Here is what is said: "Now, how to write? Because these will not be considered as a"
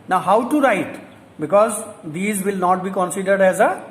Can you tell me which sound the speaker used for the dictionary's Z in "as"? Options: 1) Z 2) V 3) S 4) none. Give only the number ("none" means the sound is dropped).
1